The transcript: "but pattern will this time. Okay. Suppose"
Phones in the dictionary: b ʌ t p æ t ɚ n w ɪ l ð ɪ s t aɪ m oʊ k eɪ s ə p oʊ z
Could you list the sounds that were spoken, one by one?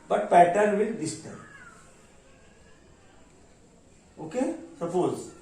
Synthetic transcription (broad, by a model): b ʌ t p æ t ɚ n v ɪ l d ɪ s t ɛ oʊ k eɪ s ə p oʊ z